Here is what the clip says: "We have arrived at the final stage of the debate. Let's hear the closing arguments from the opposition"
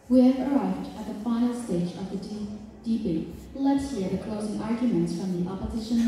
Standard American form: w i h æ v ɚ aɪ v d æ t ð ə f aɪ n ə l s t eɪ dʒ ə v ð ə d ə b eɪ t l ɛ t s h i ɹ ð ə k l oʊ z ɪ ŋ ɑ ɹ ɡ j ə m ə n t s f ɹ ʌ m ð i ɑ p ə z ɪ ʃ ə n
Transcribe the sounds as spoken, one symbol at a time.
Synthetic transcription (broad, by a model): w i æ v ɚ aɪ v d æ t ð ə f aɪ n l s t eɪ dʒ ə v ð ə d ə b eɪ l ɛ t s h i ɹ ð ə k l oʊ z ɪ ŋ ɑ ɹ ɡ j ə m ə n t s f ɹ ʌ m ð i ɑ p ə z ɪ ʃ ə n